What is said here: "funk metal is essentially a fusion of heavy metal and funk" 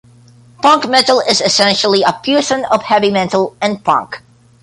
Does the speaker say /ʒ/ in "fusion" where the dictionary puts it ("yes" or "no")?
no